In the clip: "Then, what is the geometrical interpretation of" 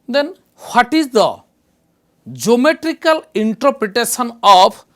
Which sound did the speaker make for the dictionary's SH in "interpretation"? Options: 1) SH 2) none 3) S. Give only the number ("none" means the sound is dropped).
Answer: 3